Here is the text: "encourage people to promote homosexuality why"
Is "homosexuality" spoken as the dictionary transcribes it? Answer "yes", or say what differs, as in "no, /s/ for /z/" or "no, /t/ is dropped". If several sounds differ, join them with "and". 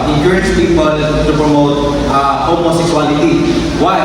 no, /s/ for /ʃ/